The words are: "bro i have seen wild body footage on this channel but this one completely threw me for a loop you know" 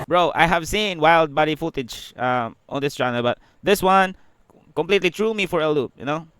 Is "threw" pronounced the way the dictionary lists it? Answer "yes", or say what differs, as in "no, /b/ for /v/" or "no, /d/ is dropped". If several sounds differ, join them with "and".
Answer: no, /t/ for /θ/